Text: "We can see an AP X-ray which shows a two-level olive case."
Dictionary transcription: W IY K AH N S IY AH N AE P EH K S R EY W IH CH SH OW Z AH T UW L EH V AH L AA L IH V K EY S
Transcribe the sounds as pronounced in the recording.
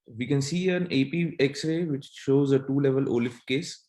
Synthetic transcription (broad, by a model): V IY K AH N S IY AH N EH P EH K S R EY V IH CH SH OW Z AH T UW L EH V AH L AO L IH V K EY S